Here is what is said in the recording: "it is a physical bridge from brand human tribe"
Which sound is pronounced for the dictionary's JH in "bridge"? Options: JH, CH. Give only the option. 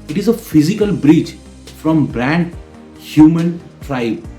CH